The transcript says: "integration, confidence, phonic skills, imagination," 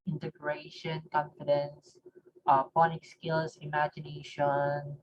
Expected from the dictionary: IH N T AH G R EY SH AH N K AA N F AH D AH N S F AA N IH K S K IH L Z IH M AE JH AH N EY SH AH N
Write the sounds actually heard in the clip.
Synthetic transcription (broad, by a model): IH N T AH G R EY SH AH N K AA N F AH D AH N S P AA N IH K S K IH L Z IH M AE JH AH N EY SH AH N